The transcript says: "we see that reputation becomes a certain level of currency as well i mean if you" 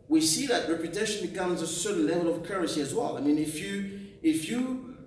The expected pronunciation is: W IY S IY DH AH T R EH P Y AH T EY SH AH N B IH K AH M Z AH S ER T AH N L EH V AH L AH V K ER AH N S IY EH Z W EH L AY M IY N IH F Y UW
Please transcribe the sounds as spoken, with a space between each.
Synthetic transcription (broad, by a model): W IY S IY DH AH T R EH P Y AH T EY SH AH N B IH K AH M Z AH S ER T N L EH V AH L AH V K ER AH S IY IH Z W EH L AY M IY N IH F Y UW